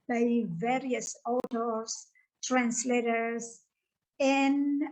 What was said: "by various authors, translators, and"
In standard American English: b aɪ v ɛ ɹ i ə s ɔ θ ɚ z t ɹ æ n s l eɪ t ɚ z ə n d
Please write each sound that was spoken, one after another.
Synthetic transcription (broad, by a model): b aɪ v ɛ ɹ i ə s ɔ t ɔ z t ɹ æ n s l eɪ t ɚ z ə n